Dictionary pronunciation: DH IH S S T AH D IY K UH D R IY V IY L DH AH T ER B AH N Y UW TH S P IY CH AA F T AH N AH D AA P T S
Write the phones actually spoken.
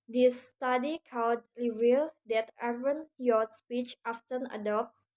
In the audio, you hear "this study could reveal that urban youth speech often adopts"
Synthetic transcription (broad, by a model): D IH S S T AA D IY K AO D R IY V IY L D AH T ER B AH N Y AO S P IY CH AA F T AH N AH D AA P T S